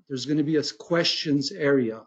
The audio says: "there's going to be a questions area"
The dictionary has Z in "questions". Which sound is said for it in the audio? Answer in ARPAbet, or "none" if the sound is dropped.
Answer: Z